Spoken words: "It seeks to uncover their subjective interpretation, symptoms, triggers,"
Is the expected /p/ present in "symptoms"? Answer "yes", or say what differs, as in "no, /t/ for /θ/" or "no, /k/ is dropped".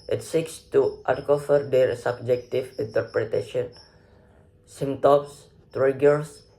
no, /p/ is dropped